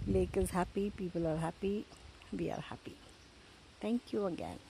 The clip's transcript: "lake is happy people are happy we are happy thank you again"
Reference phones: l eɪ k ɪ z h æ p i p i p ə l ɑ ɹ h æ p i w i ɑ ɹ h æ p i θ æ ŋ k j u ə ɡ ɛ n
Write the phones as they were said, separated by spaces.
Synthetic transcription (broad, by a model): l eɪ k ɪ z h æ p i p i p ə l ɑ ɹ h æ p i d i ɑ ɹ h æ p i t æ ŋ k j u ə ɡ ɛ n